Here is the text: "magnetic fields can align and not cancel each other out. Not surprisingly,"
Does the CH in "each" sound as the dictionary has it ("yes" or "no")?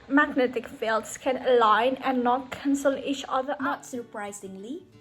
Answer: yes